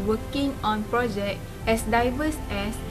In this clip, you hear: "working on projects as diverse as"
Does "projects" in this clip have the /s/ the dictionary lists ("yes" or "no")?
no